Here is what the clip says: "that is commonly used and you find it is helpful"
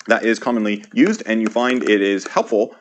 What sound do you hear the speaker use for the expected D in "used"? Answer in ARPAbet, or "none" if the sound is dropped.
D